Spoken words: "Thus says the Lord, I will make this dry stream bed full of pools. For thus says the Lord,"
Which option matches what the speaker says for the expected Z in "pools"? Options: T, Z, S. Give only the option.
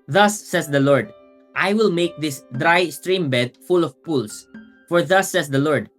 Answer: S